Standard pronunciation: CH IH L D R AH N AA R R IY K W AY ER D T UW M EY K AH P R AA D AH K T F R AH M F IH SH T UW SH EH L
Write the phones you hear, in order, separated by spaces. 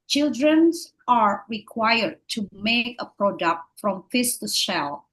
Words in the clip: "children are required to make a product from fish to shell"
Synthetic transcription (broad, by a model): CH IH L D R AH N AA R R IY K W AY ER D T UW M EY K AH P R AA D AH K T F R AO M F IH S T UW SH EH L